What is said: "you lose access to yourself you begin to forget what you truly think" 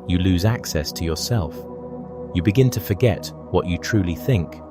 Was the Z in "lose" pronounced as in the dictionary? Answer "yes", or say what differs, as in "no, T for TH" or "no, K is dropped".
yes